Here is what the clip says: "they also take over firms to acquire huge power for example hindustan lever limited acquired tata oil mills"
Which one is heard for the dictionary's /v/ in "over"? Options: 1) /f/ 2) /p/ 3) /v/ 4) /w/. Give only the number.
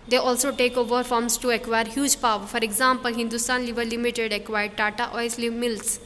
3